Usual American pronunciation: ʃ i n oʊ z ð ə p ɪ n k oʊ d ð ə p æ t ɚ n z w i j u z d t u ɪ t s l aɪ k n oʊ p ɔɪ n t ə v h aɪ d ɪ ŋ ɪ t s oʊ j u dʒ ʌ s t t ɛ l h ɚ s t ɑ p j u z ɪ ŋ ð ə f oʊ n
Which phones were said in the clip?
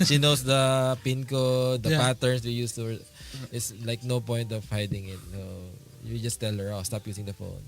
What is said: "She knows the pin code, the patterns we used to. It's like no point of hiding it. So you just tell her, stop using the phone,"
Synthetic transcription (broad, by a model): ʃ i n oʊ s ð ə p ɪ n k oʊ d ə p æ t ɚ n s w i j u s t u ɪ t s l aɪ k n oʊ p ɔɪ n t ə v h aɪ d ɪ ŋ ɪ t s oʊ j u dʒ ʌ s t t ɛ l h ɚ s t ɑ p j u s ɪ ŋ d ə f oʊ n